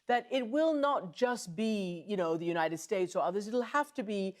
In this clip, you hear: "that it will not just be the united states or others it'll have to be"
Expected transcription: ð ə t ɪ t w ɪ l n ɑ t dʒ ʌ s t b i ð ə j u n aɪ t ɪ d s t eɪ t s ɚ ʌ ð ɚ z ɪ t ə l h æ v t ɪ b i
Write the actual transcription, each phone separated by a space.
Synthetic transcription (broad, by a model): ð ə t ɪ t w ɪ l n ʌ t dʒ ʌ s t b i ð ə j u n aɪ t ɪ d s t eɪ t s ɚ ʌ ð ɚ z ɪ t l h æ f t ɪ b i